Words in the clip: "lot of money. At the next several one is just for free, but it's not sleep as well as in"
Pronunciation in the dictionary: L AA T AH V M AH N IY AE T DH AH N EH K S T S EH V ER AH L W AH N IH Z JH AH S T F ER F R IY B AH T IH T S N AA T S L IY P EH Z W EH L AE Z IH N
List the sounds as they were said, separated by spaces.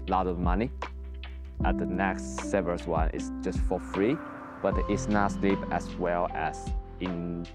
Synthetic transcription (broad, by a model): L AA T AH V M AH N IY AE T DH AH N EH K S T S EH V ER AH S W AH N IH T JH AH S T F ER F R IY B AH T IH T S N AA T S L IY P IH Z W EH L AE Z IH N